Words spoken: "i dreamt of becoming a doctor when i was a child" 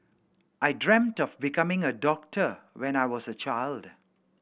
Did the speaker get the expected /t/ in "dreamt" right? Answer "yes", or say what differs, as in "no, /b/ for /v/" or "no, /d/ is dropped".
yes